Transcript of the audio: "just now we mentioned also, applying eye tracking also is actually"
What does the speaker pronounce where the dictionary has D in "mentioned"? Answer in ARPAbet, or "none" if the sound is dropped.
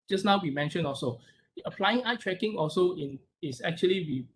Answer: none